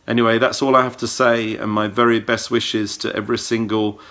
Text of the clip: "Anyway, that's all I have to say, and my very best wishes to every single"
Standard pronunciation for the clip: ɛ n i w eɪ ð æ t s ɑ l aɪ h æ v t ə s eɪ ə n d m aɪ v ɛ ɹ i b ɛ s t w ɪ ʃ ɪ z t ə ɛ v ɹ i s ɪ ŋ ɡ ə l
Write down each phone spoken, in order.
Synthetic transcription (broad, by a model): ɛ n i w eɪ ð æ t s ɑ l aɪ h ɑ f t ə s eɪ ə n m aɪ v ɛ ɹ i b ɛ s t w ɪ ʃ ɪ z t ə ɛ v ɹ i s ɪ ŋ ɡ ə l